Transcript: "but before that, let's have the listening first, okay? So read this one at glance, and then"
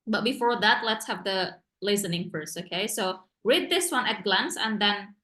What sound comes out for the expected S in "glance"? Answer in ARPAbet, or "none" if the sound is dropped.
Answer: S